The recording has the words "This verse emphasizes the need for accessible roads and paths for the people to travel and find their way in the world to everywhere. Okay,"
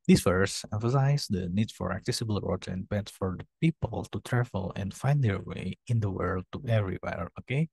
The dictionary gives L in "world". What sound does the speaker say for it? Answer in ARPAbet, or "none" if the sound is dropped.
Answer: L